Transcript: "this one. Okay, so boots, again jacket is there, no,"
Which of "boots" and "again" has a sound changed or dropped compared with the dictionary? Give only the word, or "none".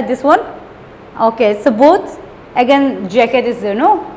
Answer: boots